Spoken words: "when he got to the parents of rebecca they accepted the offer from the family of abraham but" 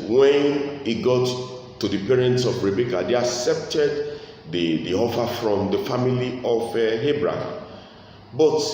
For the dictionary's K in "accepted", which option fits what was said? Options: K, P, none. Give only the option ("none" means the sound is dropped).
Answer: K